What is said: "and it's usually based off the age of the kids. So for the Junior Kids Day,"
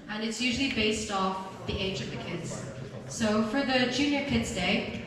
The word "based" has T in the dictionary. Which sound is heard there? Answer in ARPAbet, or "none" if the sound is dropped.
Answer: T